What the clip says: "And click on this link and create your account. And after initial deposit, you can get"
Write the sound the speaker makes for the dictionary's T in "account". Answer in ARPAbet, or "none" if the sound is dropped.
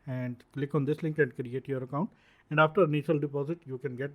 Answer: T